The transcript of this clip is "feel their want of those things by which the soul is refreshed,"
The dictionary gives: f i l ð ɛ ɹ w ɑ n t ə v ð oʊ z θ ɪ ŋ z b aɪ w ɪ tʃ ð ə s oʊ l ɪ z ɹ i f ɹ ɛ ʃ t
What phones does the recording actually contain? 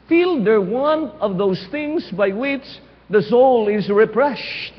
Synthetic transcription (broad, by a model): f i l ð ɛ ɹ w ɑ n ə v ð oʊ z θ ɪ ŋ z b aɪ w ɪ tʃ ð ə s oʊ l ɪ z ɹ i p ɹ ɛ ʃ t